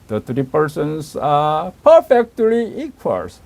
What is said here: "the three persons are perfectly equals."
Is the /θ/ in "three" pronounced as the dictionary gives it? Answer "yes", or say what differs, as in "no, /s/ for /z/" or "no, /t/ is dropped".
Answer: no, /t/ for /θ/